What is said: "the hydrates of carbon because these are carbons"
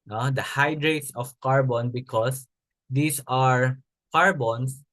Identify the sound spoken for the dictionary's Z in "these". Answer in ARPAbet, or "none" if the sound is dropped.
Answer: S